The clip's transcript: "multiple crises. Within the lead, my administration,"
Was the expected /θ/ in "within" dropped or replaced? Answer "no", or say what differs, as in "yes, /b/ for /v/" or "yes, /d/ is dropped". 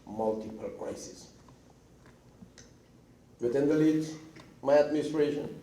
yes, /t/ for /θ/